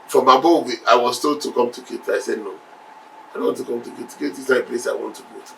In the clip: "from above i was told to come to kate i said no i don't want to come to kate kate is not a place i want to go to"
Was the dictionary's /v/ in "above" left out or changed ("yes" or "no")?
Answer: yes